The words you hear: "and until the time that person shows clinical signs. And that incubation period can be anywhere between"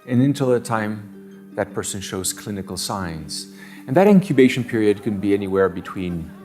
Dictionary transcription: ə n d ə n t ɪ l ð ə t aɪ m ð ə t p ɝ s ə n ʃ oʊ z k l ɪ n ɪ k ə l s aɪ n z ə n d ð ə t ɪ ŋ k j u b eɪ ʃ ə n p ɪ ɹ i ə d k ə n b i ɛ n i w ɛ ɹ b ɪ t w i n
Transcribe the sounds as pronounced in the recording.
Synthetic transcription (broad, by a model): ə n ə n t ɪ l ð ə t aɪ m ð ə t p ɝ s ə n ʃ oʊ z k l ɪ n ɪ k l s aɪ n z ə n ð ə t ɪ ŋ k j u b eɪ ʃ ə n p ɪ ɹ i ə d k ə n b i ɛ n i w ɛ ɹ b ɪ t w i n